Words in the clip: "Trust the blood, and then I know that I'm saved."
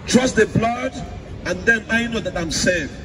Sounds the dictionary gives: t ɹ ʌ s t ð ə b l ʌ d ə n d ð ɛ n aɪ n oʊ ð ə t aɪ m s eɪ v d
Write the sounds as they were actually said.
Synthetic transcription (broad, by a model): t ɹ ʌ s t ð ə b l ʌ d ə n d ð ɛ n aɪ n oʊ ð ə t aɪ m s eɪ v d